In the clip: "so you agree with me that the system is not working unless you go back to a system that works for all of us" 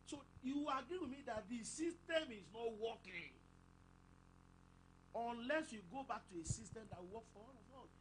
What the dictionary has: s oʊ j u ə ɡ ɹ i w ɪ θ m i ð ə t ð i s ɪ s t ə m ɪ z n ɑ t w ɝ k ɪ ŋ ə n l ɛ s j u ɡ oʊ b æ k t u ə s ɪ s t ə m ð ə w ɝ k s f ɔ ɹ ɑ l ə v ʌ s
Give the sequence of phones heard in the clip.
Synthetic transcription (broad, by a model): s oʊ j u ə ɡ ɹ i w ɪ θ m i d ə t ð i s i s t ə m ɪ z n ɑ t w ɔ k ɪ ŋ ə n l ɛ s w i ɡ oʊ b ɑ k t u ə s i s t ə m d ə w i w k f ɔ w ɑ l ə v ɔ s